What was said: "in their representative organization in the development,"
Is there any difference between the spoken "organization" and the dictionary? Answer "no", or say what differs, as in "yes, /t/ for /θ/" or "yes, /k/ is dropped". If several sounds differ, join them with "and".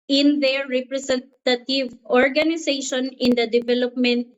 yes, /s/ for /z/